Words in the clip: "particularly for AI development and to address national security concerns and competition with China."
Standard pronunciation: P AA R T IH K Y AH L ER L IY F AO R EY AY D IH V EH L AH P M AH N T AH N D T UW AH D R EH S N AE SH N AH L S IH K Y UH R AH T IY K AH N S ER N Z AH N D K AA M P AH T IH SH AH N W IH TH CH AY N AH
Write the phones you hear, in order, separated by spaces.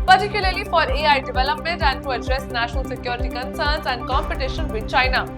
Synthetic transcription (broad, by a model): P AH R T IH K Y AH L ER L IY F AO R EY AY D IH V EH L AH P M AH N T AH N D T UW AH D R EH S N AE SH N AH L S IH K Y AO R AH T IY K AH N S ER N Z AH N D K AA M P AH T IH SH AH N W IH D CH AY N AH